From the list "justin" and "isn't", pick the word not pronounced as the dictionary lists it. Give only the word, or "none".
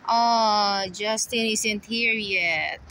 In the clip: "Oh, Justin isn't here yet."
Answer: isn't